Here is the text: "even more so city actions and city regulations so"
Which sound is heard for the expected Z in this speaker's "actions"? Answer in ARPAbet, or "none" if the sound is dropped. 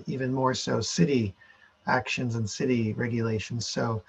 Z